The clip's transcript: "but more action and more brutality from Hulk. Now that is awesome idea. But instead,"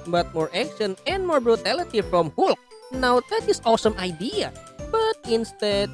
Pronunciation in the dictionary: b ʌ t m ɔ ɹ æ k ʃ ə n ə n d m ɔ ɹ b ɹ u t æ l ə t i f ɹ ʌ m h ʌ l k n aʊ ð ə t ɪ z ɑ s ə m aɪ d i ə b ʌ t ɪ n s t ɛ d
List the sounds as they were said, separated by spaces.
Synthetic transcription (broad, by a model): b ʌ t m ɔ ɹ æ k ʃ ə n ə n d m ɔ ɹ b ɹ u t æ l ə t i f ɹ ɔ m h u l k n aʊ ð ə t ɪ s ɑ s ə m aɪ d i ə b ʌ t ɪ n s t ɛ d